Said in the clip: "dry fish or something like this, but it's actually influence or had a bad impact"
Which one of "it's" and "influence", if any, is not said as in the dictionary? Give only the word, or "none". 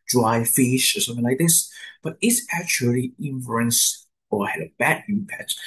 influence